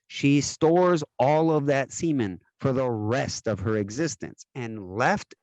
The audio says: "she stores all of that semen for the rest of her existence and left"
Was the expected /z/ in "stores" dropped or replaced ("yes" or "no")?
no